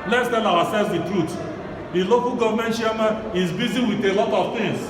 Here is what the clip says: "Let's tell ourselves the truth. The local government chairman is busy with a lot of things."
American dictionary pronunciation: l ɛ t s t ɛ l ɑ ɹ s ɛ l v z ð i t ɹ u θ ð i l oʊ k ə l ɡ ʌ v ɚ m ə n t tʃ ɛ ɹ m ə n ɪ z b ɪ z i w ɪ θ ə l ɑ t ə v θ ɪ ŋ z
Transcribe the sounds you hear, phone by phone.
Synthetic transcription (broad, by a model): l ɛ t s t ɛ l ɑ w s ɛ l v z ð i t ɹ u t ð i l oʊ k ə l ɡ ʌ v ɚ m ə n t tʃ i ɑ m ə ɪ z b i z i w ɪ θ ə l ɑ t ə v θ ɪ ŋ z